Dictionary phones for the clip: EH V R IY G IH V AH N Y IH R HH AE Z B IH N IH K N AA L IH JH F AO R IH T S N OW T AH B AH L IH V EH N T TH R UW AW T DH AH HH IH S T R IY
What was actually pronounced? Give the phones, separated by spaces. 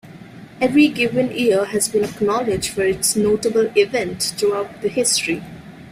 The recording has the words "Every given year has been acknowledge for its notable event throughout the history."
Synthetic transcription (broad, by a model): EH V R IY G IH V AH N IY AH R HH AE Z B IH N IH K N AA L IH JH F AO R IH T S N OW T AH B AH L IH V EH N T T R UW AW T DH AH HH IH S T R IY